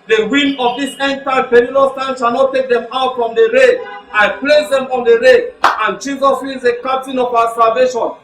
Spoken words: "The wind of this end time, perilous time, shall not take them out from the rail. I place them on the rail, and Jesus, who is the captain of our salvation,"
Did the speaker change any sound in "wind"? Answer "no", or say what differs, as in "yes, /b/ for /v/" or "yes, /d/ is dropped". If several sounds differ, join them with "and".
yes, /d/ is dropped